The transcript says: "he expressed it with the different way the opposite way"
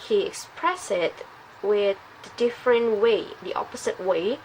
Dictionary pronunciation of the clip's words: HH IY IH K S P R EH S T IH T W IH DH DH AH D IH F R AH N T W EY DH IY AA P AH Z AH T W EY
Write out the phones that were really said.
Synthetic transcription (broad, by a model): HH IY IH K S P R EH S IH T W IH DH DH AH D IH F R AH N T W EY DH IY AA P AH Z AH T W EY